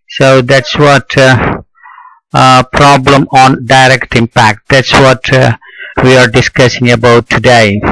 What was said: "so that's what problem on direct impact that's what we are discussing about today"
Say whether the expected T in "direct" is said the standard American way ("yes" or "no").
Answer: yes